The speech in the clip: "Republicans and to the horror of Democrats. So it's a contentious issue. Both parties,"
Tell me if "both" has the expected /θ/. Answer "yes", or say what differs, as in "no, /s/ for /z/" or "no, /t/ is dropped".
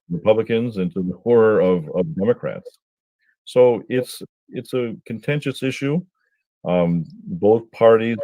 yes